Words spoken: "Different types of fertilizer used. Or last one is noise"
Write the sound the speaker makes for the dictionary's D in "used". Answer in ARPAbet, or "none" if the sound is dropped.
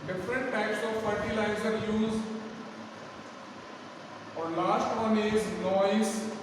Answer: none